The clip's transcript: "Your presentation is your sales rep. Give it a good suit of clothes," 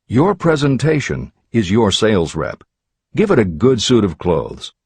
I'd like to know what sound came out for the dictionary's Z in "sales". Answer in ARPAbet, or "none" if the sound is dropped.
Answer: Z